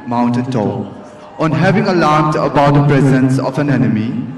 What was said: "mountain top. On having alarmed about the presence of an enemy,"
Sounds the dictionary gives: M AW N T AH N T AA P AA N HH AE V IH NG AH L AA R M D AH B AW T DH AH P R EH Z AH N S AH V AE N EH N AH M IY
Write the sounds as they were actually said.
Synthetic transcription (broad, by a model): M AW N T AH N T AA AA N HH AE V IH NG AH L AA R M D AH B AW T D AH P R EH Z AH N S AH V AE N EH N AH M IY